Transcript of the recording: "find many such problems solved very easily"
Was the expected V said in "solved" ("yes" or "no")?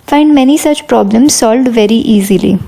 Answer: yes